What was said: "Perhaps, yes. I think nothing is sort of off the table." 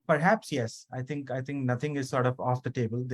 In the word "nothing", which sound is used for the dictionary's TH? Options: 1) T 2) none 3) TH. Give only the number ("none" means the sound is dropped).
1